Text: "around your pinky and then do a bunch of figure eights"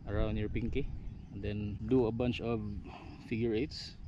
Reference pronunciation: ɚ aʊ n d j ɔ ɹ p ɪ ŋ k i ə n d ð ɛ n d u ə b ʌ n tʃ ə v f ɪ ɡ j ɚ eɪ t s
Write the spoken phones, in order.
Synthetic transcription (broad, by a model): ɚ aʊ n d j ɔ ɹ p ɪ ŋ k i ə n d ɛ n d u ə b ʌ n tʃ ə v f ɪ ɡ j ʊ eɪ t s